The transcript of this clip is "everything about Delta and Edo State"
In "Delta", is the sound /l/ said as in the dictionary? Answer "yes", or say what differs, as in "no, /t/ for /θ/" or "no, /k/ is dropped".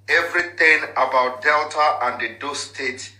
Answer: yes